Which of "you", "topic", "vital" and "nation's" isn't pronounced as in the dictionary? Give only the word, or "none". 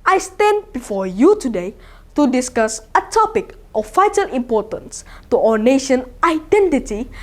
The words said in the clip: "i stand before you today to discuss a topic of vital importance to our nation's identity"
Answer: nation's